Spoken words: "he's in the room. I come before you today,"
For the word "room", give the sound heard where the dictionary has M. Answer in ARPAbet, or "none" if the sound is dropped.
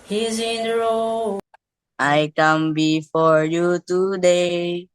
none